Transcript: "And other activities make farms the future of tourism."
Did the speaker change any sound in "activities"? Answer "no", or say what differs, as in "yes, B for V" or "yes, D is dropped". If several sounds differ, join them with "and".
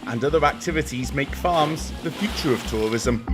no